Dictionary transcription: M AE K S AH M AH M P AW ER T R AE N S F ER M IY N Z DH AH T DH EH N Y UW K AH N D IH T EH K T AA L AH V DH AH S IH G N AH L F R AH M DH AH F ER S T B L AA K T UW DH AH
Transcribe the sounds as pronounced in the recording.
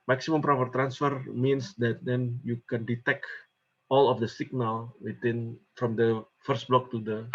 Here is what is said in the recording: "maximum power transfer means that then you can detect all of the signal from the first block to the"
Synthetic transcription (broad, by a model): M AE K S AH M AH M P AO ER T R AE N S F ER M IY N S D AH T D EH N Y UW K AH N D IH T EH K T AA L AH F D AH S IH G N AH L F R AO M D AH F ER S T B L AA K T UW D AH